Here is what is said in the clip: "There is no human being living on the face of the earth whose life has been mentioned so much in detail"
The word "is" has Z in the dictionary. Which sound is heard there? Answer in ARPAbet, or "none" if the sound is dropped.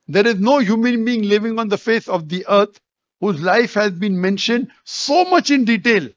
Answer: Z